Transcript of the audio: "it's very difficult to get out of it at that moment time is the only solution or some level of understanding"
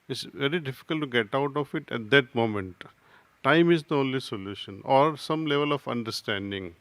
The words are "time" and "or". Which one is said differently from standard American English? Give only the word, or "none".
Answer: none